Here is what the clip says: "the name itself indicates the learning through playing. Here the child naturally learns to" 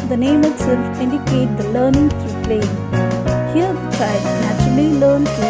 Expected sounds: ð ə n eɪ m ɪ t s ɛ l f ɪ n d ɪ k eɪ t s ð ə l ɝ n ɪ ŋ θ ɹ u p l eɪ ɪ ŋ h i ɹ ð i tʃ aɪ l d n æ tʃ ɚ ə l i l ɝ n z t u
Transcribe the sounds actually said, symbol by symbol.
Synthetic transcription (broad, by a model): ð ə n eɪ m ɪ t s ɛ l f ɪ n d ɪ k eɪ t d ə l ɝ n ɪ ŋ t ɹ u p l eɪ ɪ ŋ h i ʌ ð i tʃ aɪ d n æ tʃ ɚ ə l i l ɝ n t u